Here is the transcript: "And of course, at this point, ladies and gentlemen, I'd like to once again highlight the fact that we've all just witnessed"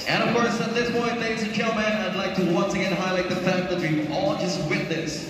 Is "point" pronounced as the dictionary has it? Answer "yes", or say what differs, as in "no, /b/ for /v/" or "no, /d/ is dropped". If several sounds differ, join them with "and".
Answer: no, /b/ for /p/